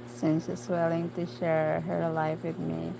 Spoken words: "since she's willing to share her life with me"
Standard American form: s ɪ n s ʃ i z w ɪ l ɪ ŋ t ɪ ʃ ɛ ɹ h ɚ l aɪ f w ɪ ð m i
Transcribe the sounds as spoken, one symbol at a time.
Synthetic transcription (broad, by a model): s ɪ n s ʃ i s w ɪ l ɪ ŋ t ɪ ʃ ɛ ɹ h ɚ l aɪ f w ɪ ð m i